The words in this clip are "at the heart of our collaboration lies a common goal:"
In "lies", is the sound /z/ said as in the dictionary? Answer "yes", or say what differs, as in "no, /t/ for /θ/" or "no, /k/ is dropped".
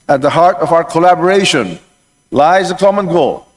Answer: yes